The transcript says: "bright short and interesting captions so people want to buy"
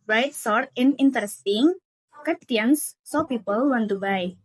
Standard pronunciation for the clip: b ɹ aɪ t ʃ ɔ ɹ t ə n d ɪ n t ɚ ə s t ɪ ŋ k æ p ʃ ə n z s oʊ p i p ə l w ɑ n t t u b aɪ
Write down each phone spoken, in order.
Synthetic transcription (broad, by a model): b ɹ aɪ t s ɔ ɹ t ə n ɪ n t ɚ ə s t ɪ ŋ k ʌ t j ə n s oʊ p i p ə l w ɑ n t t u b aɪ